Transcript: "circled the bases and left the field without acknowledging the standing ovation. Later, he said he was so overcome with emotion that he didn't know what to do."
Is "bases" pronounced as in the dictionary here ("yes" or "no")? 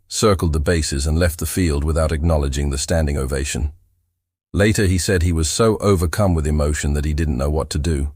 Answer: yes